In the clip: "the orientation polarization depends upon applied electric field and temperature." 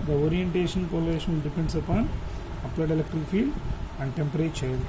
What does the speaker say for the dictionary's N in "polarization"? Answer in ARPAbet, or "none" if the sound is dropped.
L